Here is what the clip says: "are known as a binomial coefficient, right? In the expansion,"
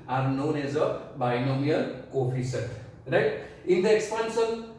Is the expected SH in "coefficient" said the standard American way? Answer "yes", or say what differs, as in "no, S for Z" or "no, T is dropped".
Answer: no, S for SH